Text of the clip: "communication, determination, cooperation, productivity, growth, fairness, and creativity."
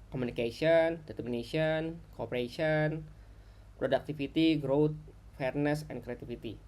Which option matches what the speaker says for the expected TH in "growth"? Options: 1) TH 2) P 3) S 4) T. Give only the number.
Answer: 4